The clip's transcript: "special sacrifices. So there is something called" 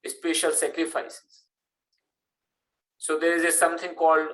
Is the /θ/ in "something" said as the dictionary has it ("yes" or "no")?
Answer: no